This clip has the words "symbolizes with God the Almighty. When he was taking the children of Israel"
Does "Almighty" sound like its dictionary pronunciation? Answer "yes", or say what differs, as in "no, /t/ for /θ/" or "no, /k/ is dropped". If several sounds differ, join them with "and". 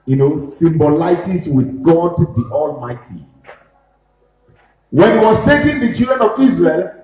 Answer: yes